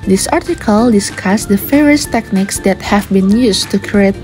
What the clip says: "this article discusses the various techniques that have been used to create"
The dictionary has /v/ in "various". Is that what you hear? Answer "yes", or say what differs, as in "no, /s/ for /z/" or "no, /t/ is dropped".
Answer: no, /f/ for /v/